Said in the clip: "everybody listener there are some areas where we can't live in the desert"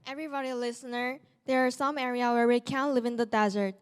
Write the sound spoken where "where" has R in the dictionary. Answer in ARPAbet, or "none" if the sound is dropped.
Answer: R